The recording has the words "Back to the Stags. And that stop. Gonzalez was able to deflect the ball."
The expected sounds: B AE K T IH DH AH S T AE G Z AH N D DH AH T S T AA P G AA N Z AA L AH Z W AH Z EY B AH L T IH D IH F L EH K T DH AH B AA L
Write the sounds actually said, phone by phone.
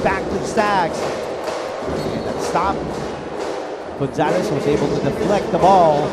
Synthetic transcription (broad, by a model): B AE K T IH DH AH S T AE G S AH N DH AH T S T AA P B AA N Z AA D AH S W AH Z EY B L T IH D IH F L EH K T DH AH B AA L